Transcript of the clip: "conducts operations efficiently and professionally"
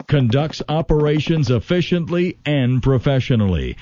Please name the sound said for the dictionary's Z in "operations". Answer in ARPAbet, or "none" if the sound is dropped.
Z